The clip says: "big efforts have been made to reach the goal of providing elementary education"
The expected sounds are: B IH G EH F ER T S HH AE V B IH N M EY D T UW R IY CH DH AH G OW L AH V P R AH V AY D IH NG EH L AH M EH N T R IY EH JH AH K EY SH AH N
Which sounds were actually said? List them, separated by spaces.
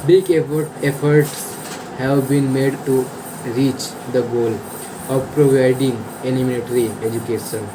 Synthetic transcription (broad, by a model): B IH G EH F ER T S HH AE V B IH N M EY D T UW R IY CH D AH G OW L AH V P R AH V AY D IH NG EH N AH M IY L T R IY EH JH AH K EY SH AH N